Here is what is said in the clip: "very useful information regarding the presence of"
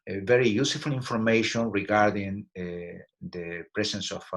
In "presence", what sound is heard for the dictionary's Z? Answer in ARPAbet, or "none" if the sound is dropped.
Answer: S